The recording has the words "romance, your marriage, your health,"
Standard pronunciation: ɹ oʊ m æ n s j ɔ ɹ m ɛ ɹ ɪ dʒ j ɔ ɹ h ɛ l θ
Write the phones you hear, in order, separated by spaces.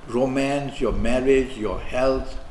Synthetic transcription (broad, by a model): ɹ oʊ m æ n s j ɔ m ɛ ɹ ɪ dʒ j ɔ h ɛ l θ